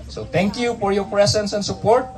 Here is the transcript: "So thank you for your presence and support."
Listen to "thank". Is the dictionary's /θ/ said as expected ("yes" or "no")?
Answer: no